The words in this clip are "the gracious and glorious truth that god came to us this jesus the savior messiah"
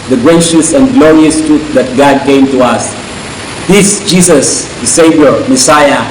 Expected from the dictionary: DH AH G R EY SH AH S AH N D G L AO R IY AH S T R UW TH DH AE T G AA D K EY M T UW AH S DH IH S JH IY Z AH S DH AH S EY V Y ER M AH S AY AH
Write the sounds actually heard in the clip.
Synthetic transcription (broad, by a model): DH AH G R EY SH AH S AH N G L AO R IY AH S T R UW T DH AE T G AA D K EY M T UW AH S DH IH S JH IY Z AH S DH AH S EY V Y ER M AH S AY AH